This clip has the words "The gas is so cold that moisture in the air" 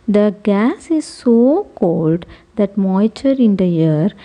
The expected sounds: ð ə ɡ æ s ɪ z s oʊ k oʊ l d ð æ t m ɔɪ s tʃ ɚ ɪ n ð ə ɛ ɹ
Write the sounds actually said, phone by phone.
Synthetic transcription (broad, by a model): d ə ɡ æ s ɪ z s oʊ k oʊ l d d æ t m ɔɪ tʃ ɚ ɪ n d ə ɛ ɹ